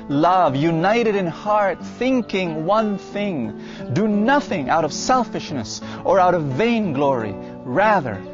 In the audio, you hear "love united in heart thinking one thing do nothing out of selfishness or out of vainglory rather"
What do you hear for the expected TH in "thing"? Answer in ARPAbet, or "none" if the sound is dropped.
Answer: TH